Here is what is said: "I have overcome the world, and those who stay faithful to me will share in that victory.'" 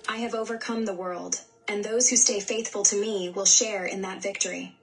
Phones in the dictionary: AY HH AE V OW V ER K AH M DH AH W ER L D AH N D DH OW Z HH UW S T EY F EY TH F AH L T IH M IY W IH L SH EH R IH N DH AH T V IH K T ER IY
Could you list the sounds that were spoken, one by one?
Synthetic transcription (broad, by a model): AY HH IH V OW V ER K AH M DH AH W ER L D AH N DH OW Z HH UW S T EY F EY TH F AH L T IH M IY W IH L SH EH R IH N DH AH T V IH K T ER IY